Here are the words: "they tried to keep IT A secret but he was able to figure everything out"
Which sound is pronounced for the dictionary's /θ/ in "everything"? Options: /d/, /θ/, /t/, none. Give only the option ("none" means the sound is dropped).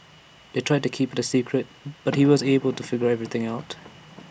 /θ/